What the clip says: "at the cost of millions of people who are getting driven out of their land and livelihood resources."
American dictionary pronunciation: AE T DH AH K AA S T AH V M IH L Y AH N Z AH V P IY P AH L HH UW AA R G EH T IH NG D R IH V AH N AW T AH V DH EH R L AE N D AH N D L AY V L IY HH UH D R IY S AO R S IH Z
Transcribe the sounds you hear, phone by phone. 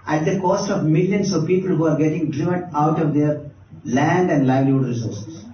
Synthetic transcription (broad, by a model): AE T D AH K AA S T AH V M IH L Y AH N S AH V P IY P AH L HH UW AA R G EH T IH NG D R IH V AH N AW T AH V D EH R L AE N D AH N D L AY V L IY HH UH D R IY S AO R S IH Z